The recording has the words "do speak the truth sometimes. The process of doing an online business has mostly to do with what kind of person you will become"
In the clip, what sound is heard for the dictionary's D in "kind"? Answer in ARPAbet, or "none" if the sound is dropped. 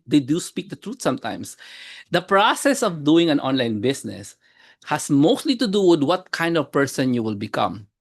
D